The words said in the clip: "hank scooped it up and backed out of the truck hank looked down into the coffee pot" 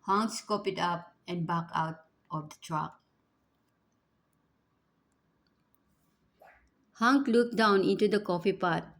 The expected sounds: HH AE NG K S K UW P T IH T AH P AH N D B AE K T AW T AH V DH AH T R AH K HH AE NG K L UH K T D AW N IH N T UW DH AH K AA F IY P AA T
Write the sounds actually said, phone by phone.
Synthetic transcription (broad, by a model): HH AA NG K S K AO P IH T AH P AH N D B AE K AW T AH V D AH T R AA K HH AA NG K L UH K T D AW N IH N T UW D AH K AA F IY P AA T